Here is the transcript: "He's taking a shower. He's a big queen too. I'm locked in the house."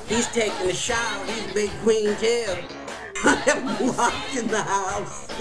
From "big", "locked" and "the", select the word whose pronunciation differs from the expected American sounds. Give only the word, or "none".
locked